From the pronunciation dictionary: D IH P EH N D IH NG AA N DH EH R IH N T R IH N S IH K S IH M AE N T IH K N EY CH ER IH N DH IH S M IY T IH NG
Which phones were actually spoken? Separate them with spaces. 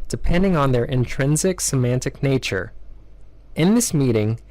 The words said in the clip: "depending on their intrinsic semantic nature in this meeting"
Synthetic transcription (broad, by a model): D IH P EH N D IH NG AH N DH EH R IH N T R IH N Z IH K S IH M AE N T IH K N EY CH ER IH N DH IH S M IY T IH NG